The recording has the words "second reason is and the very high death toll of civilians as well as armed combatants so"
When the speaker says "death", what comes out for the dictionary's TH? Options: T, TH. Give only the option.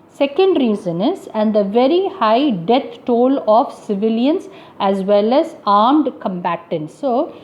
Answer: T